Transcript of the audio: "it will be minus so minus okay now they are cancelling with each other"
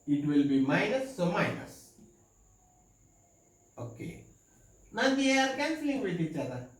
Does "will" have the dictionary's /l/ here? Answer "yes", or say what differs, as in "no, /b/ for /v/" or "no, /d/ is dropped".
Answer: yes